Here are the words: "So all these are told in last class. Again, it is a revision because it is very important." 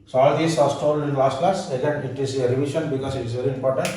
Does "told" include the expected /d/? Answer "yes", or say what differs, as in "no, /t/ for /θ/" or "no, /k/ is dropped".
no, /d/ is dropped